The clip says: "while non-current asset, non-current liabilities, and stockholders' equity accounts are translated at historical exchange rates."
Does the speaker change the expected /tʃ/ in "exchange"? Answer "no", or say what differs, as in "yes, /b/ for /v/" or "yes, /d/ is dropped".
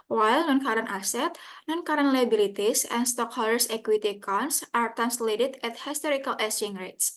yes, /tʃ/ is dropped